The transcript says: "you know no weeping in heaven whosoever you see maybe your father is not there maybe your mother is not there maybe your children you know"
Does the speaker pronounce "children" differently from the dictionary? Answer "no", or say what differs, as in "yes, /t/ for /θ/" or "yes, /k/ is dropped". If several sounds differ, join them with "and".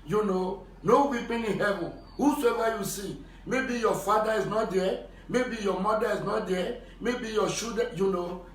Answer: yes, /ɹ/ is dropped